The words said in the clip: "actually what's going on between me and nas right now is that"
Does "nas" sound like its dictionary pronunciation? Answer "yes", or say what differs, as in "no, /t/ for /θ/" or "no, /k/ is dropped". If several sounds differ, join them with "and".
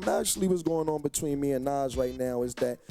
yes